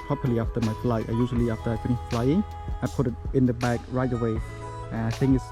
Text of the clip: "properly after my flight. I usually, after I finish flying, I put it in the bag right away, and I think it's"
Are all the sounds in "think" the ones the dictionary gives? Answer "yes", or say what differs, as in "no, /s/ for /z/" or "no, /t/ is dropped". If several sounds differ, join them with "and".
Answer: no, /k/ is dropped